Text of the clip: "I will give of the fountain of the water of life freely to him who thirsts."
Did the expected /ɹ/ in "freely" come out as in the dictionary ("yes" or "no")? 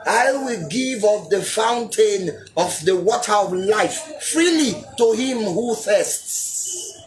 yes